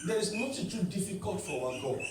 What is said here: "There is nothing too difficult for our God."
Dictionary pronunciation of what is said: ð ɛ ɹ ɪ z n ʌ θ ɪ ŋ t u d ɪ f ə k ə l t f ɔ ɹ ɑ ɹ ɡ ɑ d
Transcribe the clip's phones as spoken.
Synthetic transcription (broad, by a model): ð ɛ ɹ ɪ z n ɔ t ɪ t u d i f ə k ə l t f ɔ w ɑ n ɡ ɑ